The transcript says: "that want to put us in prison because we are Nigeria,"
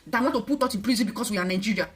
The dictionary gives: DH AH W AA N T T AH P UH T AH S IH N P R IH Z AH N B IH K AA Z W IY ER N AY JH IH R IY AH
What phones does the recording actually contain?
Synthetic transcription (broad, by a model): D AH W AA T T AH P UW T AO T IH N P R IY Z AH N B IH K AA S W IY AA N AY JH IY R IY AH